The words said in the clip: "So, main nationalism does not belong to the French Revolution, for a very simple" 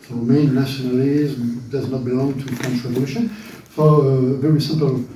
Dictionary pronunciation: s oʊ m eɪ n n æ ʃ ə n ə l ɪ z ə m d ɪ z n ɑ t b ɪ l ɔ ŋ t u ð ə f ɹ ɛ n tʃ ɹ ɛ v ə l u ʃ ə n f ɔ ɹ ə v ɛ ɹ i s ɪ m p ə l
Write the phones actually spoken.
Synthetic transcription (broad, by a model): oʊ m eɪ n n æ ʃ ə n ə l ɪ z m d ɪ z n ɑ t b ɪ l ɔ ŋ t u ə f ɹ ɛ n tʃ ɹ ɛ v ə l u ʃ ə n f ɔ ɹ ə v ɛ ɹ i s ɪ m p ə l